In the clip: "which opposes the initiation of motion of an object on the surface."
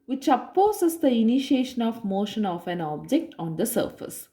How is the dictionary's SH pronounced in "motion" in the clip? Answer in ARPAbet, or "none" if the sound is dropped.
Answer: SH